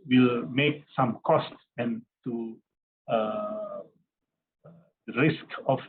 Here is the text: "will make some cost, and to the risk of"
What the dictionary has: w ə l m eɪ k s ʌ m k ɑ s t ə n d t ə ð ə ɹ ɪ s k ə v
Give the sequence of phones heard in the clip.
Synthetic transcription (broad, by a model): w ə l m eɪ k s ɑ m k ɑ s t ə n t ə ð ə ɹ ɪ s k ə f